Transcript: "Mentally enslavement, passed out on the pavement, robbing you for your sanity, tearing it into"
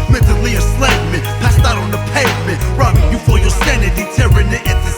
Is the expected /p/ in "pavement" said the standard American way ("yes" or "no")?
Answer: yes